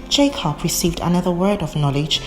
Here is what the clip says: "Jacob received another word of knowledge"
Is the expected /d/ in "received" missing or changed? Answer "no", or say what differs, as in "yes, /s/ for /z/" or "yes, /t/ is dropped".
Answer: no